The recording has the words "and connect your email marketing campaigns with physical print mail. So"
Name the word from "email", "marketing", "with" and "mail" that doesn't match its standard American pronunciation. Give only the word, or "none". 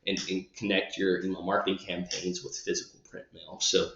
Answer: email